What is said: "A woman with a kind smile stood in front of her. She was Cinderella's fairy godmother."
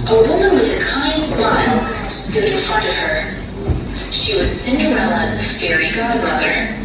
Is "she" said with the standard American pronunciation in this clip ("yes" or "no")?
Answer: yes